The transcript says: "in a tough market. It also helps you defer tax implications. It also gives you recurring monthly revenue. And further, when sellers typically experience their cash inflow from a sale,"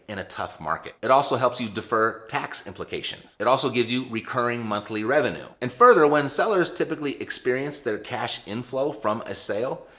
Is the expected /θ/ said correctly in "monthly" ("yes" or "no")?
yes